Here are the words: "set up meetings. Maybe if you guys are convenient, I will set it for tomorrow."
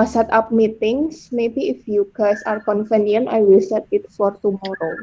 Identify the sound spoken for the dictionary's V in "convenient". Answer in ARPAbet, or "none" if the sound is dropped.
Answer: F